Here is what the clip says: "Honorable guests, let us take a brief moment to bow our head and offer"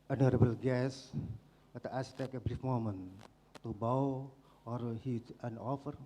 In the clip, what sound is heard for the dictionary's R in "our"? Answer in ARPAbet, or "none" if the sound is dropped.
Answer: R